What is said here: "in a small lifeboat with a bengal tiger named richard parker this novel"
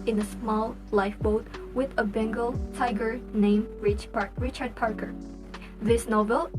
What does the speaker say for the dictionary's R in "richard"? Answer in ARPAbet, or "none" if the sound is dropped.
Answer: R